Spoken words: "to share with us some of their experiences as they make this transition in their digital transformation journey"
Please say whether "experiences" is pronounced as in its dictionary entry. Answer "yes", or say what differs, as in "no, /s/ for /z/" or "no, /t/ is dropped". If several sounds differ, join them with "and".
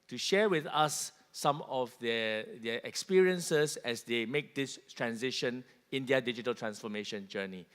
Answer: no, /s/ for /z/